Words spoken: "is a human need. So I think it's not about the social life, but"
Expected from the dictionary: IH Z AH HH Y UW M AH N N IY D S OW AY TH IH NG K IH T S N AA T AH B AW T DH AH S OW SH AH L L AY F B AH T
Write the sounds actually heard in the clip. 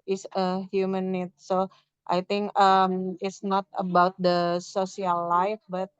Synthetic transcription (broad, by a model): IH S AH HH Y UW M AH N N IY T S OW AY T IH NG K IH T S N AA T AH B AW T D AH S OW S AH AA L AY F B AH T